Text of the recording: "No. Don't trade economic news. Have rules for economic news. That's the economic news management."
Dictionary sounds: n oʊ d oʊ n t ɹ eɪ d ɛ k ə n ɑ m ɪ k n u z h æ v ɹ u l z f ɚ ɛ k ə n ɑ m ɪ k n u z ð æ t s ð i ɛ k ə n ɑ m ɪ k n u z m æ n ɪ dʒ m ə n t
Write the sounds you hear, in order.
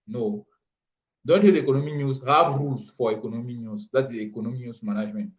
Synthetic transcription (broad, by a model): n oʊ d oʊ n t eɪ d ɛ k ə n ɑ m ɪ k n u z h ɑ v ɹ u z f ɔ ɛ k ə n ɑ m ɪ k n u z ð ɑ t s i ɛ k ə n ɑ m ɪ k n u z m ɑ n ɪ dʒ m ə n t